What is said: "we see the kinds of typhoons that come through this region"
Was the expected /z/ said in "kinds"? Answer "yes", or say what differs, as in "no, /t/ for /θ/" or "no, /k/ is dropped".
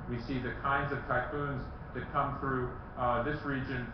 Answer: yes